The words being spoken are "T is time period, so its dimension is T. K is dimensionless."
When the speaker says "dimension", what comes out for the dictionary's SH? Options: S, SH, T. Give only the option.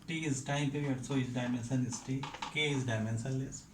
S